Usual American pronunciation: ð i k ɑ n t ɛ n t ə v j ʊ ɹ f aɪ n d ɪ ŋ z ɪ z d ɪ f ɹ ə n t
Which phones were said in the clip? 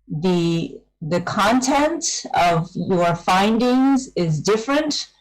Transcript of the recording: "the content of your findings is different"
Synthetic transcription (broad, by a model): ð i k ɑ n t ɛ n t ə v j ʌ ɹ f aɪ n d ɪ ŋ z ɪ z d ɪ f ɹ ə n t